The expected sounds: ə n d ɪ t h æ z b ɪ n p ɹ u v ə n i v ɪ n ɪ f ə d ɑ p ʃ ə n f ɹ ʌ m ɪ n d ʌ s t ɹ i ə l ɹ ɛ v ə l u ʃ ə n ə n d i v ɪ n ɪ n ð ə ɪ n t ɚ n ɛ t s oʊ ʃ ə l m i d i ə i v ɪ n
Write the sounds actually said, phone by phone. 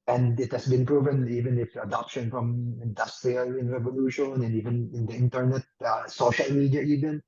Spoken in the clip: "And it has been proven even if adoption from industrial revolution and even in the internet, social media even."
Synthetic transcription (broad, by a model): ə n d ɪ t h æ s b ɪ n p ɹ u v ə n i v ɪ n ɪ f ə d ɑ p ʃ ə n f ɹ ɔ m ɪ n d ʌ s t ɹ i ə l ɹ ɛ v ə l u ʃ ə n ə n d i v ɪ n ɪ n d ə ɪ n t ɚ n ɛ t s oʊ ʃ ə l m i d i ə i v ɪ n